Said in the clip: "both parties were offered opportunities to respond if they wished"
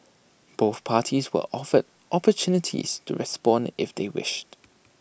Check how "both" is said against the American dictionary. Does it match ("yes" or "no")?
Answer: yes